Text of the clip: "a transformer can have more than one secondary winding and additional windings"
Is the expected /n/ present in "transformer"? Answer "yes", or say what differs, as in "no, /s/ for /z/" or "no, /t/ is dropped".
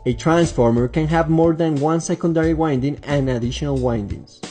yes